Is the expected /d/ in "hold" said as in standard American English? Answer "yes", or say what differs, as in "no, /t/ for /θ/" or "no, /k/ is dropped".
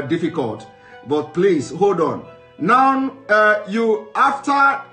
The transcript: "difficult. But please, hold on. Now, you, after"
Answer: yes